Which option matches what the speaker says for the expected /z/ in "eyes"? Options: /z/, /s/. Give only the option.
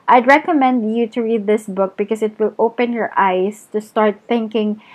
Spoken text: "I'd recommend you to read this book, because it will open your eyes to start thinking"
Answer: /s/